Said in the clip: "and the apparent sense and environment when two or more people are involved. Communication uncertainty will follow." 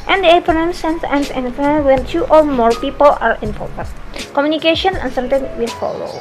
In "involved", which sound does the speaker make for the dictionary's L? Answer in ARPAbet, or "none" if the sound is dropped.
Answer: none